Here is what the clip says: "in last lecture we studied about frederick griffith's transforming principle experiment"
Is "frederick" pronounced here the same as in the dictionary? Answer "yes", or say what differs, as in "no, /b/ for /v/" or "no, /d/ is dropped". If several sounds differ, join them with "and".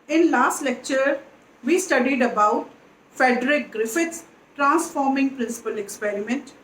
no, /ɹ/ is dropped